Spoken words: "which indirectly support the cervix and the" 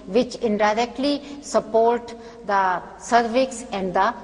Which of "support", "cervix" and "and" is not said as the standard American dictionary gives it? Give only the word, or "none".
none